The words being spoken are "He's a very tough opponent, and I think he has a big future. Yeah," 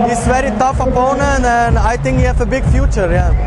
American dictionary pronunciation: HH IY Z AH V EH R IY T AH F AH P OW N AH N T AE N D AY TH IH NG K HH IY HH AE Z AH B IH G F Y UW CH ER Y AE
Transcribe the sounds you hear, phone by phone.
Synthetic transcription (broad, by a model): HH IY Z V EH R IY T AH F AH P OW N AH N AE N D AY T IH NG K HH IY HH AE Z AH B IH G F Y UW CH ER Y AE